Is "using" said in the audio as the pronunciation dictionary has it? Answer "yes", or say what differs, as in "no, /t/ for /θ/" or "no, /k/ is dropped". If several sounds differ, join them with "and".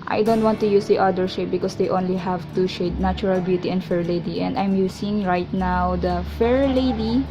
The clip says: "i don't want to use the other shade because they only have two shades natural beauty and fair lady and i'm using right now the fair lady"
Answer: no, /s/ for /z/